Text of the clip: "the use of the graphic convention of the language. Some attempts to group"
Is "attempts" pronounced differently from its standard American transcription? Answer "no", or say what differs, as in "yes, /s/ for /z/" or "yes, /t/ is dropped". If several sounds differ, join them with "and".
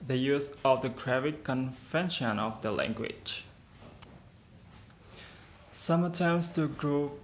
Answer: yes, /p/ is dropped